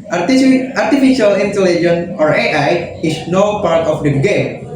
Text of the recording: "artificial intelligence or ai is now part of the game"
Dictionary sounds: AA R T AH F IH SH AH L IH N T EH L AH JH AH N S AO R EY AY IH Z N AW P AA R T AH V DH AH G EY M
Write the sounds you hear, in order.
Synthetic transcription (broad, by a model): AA R T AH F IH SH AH L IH N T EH L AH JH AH N AO R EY AY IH S N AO P AA R T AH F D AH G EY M